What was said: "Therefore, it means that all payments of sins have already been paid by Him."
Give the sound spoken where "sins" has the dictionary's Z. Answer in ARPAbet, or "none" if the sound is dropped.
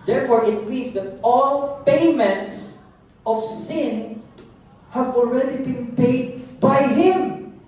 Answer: none